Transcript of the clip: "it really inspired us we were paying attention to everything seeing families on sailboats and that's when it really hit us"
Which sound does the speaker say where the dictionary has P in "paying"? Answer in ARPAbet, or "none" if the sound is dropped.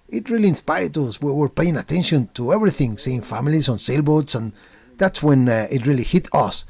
P